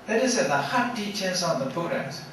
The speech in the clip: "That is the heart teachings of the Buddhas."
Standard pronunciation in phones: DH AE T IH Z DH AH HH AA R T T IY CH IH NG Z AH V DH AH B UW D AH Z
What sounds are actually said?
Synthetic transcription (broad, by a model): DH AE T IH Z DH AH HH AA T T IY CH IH Z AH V DH AH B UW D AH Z